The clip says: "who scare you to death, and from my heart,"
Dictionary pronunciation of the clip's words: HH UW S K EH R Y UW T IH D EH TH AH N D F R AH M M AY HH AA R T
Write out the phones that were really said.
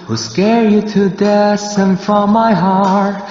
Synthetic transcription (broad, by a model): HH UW S K EH R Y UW T IH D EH S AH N F R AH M M AY HH AA R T